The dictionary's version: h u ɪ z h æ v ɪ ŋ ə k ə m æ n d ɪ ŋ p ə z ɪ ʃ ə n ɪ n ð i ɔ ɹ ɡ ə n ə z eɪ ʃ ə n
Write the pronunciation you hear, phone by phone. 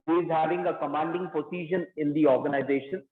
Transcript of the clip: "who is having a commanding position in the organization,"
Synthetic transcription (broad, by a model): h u ɪ z h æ v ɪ ŋ ə k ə m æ n d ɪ ŋ p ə s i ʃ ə n ɪ n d i ɔ ɹ ɡ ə n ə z eɪ ʃ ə n